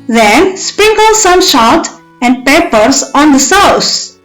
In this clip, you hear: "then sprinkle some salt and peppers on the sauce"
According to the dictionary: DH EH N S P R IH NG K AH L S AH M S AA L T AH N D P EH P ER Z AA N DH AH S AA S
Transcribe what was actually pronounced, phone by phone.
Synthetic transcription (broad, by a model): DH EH N S P R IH NG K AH L S AH M SH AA T AH N D P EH P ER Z AA N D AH S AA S